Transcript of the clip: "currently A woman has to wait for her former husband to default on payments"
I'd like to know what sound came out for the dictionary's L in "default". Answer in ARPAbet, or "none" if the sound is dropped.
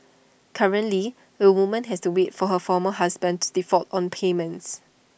none